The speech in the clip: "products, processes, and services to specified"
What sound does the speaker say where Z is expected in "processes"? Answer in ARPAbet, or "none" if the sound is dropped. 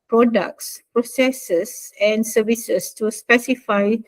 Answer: S